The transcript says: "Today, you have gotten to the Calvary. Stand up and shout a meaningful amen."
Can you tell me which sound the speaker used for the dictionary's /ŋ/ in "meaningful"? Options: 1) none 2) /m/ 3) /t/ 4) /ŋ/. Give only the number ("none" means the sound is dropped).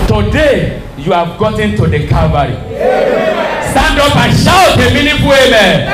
1